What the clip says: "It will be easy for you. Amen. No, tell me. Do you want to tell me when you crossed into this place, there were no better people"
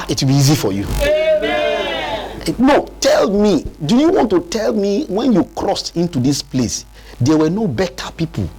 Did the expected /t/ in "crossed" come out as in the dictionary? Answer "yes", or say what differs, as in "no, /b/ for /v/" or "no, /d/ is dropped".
yes